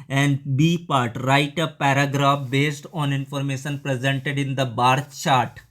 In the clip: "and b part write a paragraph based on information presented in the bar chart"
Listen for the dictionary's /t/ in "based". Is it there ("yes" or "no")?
yes